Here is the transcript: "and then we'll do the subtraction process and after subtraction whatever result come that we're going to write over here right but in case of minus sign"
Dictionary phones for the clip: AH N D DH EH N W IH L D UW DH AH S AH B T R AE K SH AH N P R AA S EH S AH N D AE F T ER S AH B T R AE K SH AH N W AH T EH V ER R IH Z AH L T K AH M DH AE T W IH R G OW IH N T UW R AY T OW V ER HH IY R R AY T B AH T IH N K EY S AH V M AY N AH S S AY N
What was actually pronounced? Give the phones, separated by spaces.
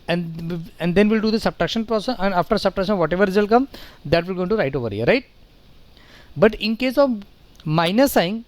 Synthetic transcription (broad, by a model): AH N D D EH N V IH L D UW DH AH S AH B T R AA K SH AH N P R AA S EH S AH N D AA F T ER S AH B T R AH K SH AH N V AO T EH V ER R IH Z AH L K AH M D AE T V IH L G OW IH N T UW R AY T OW V ER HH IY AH R AY T B AH T IH N K EY S AH V M AY N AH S S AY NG